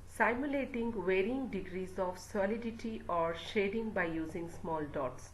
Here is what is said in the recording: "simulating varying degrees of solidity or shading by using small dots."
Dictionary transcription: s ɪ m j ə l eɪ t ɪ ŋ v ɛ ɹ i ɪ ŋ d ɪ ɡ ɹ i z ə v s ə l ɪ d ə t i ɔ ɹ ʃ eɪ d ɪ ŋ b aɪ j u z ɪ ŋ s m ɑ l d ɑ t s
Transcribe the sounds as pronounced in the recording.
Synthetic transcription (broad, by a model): s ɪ m j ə l eɪ t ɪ ŋ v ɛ ɹ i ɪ ŋ d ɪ ɡ ɹ i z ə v s ə l ɪ d ə t i ɔ ɹ ʃ eɪ d ɪ ŋ b aɪ j u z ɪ ŋ s m ɑ l d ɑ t s